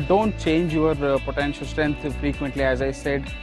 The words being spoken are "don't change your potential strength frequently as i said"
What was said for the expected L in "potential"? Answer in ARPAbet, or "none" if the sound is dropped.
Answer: L